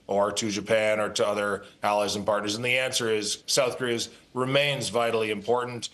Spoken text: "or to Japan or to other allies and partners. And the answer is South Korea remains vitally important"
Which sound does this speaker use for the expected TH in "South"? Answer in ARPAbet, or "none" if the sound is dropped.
TH